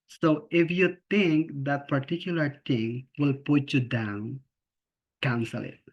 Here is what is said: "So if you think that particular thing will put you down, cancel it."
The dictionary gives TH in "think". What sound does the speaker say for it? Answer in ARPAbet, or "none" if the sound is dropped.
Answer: T